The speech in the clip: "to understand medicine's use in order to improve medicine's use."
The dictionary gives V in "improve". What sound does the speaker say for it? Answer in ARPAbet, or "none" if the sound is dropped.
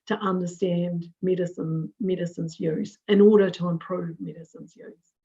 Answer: V